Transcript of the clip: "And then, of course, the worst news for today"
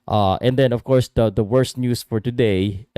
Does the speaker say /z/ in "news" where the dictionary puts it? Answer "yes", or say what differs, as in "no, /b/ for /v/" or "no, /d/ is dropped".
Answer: no, /s/ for /z/